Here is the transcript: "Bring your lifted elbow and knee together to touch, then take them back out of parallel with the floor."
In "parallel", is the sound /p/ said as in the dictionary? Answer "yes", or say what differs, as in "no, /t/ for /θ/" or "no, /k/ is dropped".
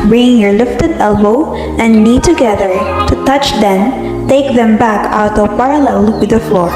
yes